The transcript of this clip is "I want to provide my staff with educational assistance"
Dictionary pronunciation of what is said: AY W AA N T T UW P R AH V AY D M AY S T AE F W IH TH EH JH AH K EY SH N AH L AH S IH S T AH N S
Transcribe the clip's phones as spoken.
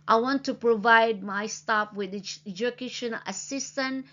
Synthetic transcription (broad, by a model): AY W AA N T T UW P R AH V AY D M AY S T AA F W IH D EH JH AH K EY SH AH N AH S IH S T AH N